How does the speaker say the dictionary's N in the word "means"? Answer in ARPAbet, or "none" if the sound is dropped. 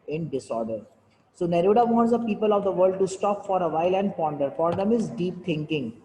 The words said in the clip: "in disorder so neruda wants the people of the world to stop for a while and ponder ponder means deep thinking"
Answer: none